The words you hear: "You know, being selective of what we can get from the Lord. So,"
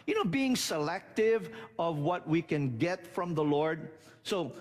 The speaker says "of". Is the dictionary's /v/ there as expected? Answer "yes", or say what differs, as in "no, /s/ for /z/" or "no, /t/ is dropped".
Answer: yes